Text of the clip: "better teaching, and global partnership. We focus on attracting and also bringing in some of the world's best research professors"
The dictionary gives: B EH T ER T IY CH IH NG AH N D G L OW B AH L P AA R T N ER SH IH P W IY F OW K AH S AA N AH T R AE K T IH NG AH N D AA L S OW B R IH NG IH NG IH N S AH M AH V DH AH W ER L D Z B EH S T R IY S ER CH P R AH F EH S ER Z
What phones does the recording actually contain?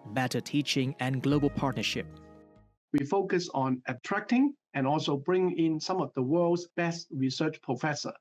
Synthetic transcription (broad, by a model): B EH T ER T IY CH IH NG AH N G L OW B AH L P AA R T N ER SH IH P W IY F OW K AH S AA N AH T R AE K T IH NG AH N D AA L S OW B R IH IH NG IH N S AH M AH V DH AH W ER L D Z B EH S T R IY S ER CH P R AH F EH S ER